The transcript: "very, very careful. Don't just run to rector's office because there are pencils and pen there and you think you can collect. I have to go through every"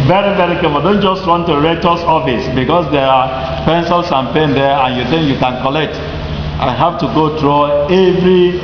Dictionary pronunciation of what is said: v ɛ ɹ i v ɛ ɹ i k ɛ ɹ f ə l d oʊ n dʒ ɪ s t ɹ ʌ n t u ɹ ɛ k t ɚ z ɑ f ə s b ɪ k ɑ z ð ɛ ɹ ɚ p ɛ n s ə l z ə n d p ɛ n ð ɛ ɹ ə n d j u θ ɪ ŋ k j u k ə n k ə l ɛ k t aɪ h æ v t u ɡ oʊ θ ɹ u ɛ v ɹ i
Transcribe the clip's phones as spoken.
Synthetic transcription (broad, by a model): v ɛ ɹ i v ɛ ɹ i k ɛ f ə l d oʊ n dʒ ɪ s t w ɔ n t u ɹ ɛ t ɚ s ɑ f ə s b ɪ k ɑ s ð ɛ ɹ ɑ p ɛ n s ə l s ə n p ɛ n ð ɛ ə n j u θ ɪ ŋ k j u k ə n k ə l ɛ k t aɪ h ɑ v t u ɡ oʊ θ ɹ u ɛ v ɹ i